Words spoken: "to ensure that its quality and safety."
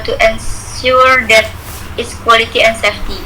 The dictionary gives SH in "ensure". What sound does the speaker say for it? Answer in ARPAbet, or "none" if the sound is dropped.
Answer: S